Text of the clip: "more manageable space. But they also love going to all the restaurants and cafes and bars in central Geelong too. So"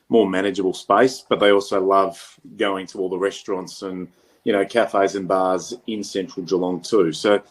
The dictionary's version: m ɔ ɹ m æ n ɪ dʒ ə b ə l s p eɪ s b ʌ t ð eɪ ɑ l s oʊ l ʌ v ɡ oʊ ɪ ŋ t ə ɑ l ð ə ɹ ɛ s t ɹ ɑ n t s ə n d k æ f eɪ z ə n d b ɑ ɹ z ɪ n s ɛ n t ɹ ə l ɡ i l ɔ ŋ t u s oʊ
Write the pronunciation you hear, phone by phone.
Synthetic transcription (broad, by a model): m ɔ ɹ m æ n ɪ dʒ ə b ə l s p eɪ s b ʌ t ð eɪ ɑ l s oʊ l ʌ v ɡ oʊ ɪ ŋ t ə ɑ l ð ə ɹ ɛ s t ɹ ɑ n t s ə n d k æ f eɪ z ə n b ɑ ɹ z ɪ n s ɛ n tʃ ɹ l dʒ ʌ l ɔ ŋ t u s oʊ